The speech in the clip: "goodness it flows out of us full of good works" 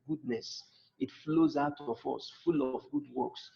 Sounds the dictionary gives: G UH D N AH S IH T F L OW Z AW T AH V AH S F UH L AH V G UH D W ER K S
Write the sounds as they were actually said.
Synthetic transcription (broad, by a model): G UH D N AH S IH T F L OW Z AW T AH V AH S F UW L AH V G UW D W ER K S